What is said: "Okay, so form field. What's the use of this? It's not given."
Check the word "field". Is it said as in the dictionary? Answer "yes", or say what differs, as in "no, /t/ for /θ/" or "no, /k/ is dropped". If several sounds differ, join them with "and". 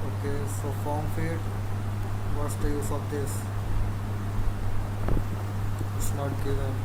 no, /l/ is dropped